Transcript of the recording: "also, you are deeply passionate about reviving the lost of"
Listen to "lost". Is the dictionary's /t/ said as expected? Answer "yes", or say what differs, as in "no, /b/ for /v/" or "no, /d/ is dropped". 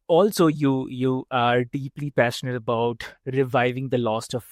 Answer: yes